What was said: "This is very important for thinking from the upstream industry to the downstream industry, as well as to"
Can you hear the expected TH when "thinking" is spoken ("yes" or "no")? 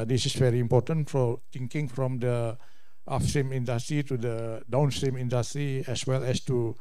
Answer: no